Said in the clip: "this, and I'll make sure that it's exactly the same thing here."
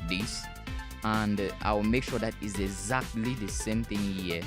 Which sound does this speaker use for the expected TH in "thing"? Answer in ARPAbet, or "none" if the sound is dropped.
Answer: TH